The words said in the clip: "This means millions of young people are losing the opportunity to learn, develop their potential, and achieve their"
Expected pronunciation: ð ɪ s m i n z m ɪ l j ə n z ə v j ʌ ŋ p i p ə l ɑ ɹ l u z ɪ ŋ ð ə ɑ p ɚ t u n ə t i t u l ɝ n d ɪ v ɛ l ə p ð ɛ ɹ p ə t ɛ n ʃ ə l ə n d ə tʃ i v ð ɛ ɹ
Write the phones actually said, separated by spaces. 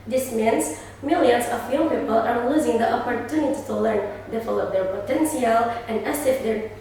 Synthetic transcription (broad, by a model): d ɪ s m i n s m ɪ l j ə n s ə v j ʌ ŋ p i p ə l ɑ ɹ l u z ɪ ŋ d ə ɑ p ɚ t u n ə t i t u l ɝ n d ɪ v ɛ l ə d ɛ ɹ p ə t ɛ n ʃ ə l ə n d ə s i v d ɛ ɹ